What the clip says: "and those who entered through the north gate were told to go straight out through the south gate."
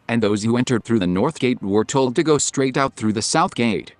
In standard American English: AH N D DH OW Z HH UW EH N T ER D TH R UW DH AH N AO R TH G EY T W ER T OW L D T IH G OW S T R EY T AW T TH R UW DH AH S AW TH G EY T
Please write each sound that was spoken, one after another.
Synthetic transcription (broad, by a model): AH N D DH OW Z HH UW EH N T ER D TH R UW DH AH N AO R TH G EY T W ER T OW L D T IH G OW S T R EY T AW T TH R UW DH AH S AW TH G EY T